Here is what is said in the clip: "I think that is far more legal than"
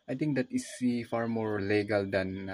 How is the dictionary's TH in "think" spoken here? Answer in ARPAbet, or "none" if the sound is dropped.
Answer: T